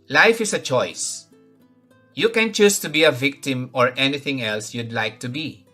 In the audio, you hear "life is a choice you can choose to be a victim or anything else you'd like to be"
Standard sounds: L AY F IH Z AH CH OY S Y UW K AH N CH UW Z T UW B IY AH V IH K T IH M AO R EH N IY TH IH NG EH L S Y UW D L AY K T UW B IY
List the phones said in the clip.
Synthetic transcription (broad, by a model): L AY F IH S AH CH OY S Y UW K AH N CH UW S T UW B IY AH V IH K T IH M AO R EH N IY TH IH NG EH L S Y UW D L AY K T UW B IY